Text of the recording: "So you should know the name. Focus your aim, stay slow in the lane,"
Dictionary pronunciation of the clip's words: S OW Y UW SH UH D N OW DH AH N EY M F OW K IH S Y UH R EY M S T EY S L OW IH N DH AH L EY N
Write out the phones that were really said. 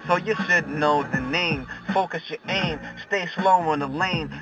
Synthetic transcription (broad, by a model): S OW Y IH S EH D N OW DH AH N EY M F OW K IH S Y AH R EY M S T EY S L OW IH N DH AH L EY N